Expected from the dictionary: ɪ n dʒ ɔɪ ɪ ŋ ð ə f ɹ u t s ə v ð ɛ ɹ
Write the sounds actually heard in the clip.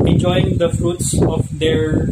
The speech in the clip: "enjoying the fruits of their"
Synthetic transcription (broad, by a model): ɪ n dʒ ɔɪ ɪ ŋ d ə f ɹ u t s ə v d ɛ ɹ